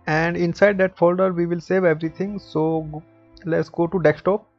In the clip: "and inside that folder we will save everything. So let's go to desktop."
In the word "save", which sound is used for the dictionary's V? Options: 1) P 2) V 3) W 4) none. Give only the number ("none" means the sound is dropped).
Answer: 2